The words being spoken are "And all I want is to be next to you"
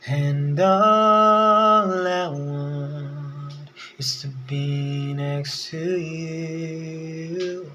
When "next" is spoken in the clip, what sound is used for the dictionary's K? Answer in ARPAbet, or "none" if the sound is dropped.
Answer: K